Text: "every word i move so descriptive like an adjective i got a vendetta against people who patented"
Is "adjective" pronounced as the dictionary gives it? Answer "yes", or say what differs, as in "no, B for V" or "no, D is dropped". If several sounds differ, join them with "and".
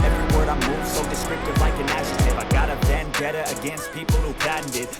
no, SH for JH and K is dropped